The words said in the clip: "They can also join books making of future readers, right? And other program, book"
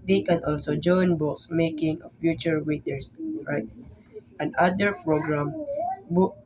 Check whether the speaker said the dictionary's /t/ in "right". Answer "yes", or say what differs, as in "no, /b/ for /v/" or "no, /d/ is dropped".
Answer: yes